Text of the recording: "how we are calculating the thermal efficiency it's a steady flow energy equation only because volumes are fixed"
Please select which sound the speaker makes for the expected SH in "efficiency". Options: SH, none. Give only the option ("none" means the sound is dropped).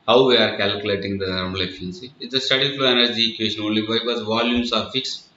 none